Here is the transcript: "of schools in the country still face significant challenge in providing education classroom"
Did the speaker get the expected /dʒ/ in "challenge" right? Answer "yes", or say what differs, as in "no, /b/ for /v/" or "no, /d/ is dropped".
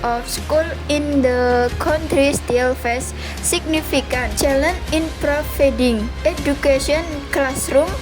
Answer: no, /dʒ/ is dropped